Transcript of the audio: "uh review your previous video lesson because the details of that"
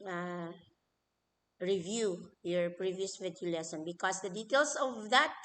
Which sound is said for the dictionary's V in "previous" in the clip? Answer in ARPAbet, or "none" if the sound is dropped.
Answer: V